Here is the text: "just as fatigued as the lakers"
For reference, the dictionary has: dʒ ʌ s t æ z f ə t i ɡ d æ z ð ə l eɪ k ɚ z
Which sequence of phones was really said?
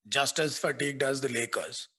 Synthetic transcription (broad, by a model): dʒ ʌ s t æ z f ə t i ɡ d æ z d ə l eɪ k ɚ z